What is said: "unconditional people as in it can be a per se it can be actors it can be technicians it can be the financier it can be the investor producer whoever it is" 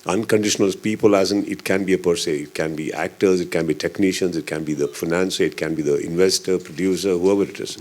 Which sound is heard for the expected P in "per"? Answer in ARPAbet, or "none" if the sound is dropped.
P